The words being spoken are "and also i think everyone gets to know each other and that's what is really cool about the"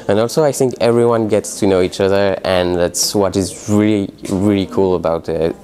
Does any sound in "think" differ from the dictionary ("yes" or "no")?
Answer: no